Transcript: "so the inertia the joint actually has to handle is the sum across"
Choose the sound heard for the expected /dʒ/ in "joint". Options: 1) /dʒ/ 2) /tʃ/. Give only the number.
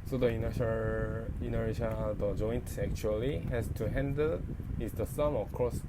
1